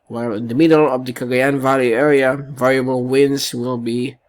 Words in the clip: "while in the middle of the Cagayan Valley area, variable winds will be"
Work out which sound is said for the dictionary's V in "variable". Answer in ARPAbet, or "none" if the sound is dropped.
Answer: V